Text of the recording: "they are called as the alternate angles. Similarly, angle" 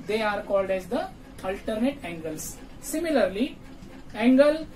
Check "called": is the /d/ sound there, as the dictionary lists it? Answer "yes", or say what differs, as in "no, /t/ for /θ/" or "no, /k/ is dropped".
yes